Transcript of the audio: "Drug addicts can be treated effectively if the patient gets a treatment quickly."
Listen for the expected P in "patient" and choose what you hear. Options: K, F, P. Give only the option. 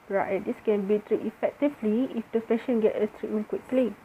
F